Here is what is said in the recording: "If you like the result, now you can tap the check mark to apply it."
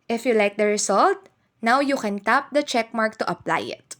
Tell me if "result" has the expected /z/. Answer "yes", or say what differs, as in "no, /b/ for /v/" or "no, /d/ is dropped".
no, /s/ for /z/